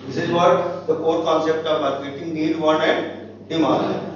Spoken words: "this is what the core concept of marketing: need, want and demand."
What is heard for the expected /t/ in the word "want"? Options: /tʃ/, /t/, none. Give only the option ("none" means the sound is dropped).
none